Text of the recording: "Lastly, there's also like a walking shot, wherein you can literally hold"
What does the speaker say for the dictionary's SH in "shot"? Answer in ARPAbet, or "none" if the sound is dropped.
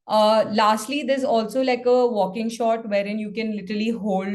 SH